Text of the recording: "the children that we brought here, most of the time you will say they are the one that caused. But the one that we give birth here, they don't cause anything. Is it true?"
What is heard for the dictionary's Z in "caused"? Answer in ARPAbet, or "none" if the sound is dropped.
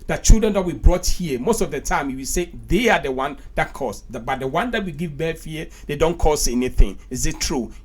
S